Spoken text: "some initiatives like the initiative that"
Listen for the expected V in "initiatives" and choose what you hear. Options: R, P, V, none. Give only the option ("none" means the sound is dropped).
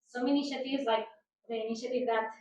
none